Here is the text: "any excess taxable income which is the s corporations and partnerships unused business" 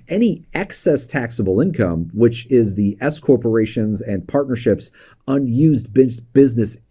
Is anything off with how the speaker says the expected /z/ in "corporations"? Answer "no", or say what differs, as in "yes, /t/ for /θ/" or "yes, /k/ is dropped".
no